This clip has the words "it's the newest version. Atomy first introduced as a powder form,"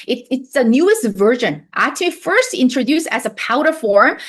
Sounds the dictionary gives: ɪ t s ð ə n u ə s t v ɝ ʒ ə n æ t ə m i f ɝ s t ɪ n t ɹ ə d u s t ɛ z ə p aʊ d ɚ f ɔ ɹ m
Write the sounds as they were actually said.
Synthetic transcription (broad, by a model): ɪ t s ð ə n u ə s t v ɝ ʒ ə n t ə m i f ɝ s t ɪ n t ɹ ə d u s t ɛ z ə p aʊ d ɚ f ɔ ɹ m